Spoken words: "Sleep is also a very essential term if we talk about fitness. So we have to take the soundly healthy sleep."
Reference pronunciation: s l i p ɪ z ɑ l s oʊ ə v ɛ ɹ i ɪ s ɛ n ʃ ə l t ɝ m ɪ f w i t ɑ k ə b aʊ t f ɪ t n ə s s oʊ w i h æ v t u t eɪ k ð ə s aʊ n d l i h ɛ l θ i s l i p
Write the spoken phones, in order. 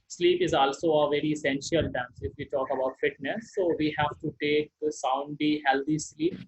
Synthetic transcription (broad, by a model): s l i p ɪ z ɑ l s oʊ ə v ɛ ɹ i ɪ s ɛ n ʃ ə l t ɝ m ɪ f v i t ɑ k ə b aʊ t f ɪ t n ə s s oʊ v i h æ v t u t eɪ k s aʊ n d i h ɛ l t i s l i p